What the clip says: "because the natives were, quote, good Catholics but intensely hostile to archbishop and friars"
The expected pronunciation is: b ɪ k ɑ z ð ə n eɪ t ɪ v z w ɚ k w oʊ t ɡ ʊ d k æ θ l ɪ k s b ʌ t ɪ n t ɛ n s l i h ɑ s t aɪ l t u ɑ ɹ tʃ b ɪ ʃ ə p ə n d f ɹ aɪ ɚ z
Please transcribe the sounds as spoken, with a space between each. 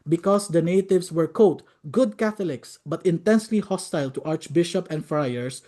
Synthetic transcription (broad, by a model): b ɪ k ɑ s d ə n eɪ t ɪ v s w ɚ k oʊ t ɡ ʊ d k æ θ l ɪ k s b ʌ t ɪ n t ɛ n s l i h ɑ s t aɪ l t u ɑ ɹ tʃ b ɪ ʃ ə p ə n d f ɹ aɪ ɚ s